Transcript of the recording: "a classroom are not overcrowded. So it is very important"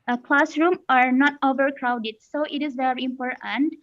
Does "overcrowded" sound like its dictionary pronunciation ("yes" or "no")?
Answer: yes